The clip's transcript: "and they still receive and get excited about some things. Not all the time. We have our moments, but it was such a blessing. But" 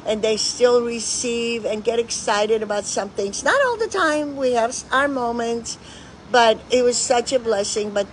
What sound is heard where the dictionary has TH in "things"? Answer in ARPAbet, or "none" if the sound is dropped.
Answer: TH